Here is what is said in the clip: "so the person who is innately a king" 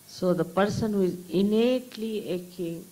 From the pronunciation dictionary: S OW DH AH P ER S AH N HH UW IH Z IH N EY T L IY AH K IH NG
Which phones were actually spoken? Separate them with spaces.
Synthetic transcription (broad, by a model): S OW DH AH P ER S AH N HH UW IH Z IH N EY T L IY AH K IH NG